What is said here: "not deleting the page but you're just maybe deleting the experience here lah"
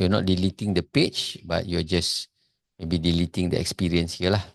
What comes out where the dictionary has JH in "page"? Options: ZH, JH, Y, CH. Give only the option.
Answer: CH